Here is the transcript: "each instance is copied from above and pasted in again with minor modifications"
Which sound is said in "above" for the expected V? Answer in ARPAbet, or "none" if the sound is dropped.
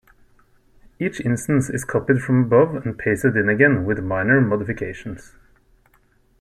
V